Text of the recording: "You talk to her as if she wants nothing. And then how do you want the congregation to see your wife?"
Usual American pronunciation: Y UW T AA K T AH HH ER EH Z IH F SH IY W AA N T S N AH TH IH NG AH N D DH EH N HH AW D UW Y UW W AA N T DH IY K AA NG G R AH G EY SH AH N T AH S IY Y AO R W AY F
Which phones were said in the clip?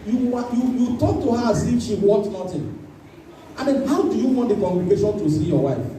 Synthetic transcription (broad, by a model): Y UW T AA K T AH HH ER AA S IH SH IY W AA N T N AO T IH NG AH N D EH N HH AW D UW Y UW W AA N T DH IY K AA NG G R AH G EY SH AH N T AH S IY Y AO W AY F